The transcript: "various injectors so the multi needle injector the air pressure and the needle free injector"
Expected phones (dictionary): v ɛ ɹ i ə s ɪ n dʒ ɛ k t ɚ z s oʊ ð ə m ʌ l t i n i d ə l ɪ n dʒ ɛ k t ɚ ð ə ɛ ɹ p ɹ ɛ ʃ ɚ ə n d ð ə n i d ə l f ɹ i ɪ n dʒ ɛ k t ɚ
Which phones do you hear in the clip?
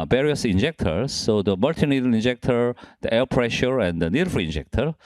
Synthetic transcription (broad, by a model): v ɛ ɹ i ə s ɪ n dʒ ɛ k t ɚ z s oʊ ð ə m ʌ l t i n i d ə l ɪ n dʒ ɛ k t ɚ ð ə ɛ l p ɹ ɛ ʃ ɚ ə n d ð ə n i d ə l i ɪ n dʒ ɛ k t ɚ